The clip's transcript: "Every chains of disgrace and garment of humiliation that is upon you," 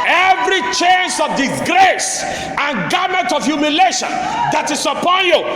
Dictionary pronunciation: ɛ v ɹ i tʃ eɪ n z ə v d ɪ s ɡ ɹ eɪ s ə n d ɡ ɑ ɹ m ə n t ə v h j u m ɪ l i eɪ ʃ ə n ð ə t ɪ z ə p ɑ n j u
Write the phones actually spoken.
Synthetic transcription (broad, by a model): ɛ v ɹ i tʃ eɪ n s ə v d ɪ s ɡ ɹ eɪ s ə n ɡ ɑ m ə n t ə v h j u m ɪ l eɪ ʃ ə n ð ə t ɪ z ə p ɑ n j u